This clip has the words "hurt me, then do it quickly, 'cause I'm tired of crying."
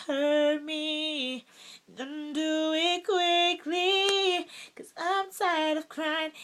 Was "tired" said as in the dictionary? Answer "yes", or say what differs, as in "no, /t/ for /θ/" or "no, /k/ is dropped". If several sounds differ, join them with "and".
no, /s/ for /t/